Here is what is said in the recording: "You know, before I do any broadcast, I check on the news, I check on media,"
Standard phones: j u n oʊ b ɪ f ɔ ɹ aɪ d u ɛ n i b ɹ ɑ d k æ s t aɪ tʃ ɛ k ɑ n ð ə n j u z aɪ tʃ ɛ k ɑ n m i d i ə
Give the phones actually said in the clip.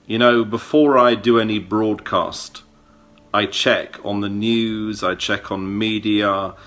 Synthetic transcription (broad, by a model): j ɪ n oʊ b ɪ f ɔ ɹ aɪ d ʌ ɛ n i b ɹ ɑ d k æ s t aɪ tʃ ɛ k n ð ə n j u z aɪ tʃ ɛ k n m i d i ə